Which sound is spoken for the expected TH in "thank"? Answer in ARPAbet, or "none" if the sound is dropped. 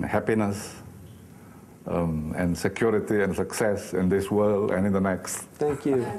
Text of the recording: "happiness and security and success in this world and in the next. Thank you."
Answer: T